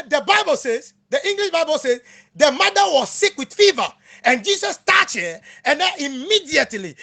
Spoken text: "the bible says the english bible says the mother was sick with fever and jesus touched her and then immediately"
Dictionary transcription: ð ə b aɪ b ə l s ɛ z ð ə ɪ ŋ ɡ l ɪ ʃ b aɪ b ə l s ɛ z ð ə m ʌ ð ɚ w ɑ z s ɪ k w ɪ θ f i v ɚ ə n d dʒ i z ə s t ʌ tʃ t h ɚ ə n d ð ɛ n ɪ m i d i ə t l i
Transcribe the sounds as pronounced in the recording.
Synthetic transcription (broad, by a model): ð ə b aɪ b ə l s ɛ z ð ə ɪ ŋ ɡ l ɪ ʃ b aɪ b ə l s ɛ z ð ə m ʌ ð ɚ w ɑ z s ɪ k w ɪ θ f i v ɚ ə n dʒ i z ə s t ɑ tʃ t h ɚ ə n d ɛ ɪ m i d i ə t l i